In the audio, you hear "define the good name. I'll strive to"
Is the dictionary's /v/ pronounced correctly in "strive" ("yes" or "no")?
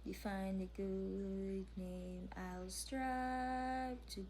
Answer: no